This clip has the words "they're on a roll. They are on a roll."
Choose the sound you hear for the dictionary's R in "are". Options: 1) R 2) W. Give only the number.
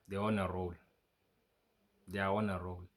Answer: 2